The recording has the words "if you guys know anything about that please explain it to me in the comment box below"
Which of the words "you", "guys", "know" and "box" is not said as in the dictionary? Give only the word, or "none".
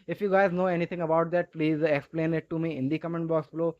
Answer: none